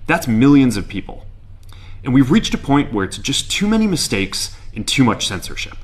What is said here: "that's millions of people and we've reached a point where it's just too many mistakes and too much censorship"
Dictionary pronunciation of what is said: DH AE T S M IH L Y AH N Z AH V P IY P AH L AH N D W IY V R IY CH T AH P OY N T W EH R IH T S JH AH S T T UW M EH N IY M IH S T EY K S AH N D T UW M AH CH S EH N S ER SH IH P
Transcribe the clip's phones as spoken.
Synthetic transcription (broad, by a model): DH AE T S M IH L Y AH N Z AH V P IY P L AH N W IY V R IY CH T AH P OY N T W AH R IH T S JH AH S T T UW M EH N IY M IH S T EY K S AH N T UW M AH CH S EH N S ER SH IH P